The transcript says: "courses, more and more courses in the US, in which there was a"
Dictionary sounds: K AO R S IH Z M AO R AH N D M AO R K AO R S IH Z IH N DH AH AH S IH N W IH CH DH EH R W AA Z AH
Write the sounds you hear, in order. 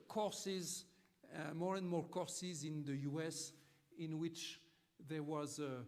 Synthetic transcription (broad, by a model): K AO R S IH Z M AO R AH N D M AO R K AO R S IH Z IH N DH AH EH S IH N W IH CH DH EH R W AA Z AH